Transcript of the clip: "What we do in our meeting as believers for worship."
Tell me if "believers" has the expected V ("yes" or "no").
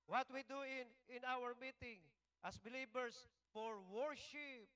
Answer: no